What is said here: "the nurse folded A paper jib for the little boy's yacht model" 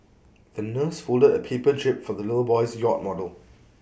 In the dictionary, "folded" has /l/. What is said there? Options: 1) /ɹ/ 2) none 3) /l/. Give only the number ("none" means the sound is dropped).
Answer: 3